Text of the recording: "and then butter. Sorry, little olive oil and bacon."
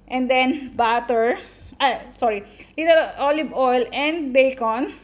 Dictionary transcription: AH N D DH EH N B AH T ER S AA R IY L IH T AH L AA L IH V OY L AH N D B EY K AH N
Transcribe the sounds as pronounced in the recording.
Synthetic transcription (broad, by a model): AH N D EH N B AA T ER S AA R IY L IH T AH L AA L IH B OY L AH N D B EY K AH N